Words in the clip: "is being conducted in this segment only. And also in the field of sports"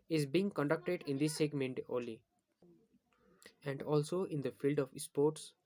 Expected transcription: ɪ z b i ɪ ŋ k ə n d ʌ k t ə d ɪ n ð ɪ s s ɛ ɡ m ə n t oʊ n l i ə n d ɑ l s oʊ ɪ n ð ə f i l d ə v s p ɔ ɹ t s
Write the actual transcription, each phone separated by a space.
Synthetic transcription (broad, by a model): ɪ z b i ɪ ŋ k ə n d ʌ k t ə d ɪ n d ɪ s s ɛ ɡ m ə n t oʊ l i ə n d ɑ l s oʊ ɪ n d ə f i l d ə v s p ɔ ɹ t s